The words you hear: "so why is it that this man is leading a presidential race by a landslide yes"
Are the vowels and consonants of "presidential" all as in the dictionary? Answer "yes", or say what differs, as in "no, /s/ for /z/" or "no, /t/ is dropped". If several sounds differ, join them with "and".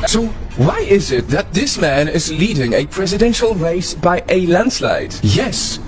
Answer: yes